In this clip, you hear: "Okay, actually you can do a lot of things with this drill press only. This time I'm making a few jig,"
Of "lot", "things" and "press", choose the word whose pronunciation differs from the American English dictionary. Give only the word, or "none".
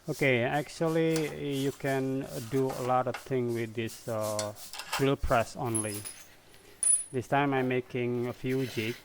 things